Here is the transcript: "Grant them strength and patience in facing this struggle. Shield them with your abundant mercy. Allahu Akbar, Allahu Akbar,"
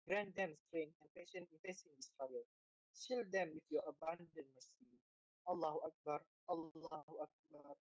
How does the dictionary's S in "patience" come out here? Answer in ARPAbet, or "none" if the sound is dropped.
none